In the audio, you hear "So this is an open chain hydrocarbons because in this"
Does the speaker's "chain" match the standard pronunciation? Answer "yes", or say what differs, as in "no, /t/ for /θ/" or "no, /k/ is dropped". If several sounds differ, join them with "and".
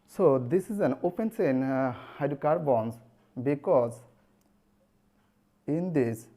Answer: no, /s/ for /tʃ/